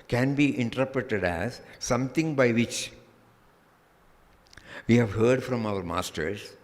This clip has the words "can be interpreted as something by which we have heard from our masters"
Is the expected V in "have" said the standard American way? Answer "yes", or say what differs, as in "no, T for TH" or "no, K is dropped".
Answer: yes